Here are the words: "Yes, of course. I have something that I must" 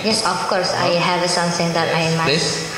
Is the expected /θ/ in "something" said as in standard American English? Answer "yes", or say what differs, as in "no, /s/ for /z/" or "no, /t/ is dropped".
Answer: no, /s/ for /θ/